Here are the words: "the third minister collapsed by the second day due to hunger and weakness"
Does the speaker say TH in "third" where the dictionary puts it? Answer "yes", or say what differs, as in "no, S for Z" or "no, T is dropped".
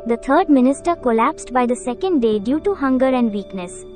no, T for TH